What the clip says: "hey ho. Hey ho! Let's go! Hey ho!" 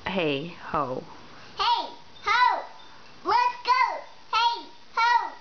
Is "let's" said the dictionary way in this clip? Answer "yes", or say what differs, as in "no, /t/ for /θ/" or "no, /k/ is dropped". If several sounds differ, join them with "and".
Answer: no, /w/ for /l/